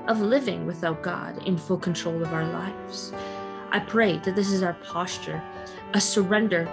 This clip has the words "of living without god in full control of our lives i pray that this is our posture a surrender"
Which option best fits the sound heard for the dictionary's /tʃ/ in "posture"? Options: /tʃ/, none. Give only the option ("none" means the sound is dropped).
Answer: /tʃ/